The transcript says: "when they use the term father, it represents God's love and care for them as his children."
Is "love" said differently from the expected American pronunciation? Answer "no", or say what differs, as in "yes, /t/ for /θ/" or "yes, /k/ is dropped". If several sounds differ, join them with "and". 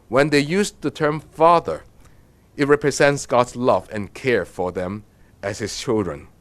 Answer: no